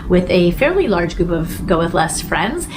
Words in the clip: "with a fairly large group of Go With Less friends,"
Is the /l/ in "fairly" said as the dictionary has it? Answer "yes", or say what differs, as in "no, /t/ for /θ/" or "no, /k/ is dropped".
yes